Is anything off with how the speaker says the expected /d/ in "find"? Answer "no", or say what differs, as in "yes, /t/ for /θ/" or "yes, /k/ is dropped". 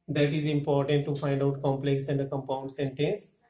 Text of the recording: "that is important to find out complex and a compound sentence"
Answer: no